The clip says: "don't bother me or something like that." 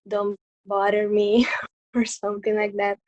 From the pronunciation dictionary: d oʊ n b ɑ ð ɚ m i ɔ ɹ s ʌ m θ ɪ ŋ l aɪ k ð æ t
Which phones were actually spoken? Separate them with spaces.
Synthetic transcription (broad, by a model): d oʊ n b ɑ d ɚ m i ɔ ɹ s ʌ m t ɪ ŋ l aɪ k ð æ t